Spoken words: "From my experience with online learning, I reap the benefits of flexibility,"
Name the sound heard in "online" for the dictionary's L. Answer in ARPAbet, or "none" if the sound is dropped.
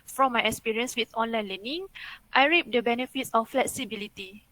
L